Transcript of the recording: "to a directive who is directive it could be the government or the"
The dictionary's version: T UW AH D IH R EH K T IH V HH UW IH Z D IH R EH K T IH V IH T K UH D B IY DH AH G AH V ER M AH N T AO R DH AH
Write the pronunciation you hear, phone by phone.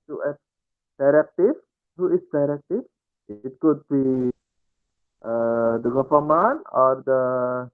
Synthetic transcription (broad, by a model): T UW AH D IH R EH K T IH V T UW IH S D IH R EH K T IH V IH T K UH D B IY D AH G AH F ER M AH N AO R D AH